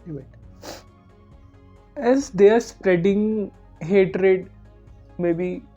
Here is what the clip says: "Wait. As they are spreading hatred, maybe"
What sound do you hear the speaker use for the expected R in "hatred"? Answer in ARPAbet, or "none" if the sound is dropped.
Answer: R